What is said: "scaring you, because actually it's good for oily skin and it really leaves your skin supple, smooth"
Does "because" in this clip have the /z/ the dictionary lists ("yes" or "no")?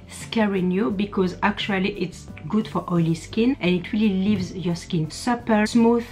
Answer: yes